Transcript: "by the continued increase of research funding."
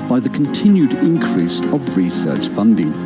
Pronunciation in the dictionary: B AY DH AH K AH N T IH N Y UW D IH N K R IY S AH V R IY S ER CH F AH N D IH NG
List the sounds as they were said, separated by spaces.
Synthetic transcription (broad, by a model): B AY DH AH K AH N T IH N Y UW D IH N K R IY S AH V R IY S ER CH F AH N D IH NG